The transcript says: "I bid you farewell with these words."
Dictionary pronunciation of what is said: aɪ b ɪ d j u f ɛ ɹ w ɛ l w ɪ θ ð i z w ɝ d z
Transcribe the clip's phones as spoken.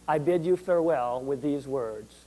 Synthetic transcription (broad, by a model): aɪ b ɪ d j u f ɛ ɹ w ɛ l w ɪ ð i z w ɝ d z